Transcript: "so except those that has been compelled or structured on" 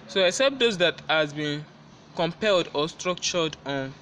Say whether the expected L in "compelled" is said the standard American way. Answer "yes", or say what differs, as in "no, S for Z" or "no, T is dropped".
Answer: yes